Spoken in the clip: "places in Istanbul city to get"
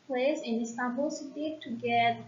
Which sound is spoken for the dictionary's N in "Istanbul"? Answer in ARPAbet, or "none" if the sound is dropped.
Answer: none